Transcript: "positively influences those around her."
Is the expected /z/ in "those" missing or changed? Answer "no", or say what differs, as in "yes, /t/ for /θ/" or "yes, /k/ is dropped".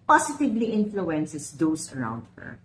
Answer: yes, /s/ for /z/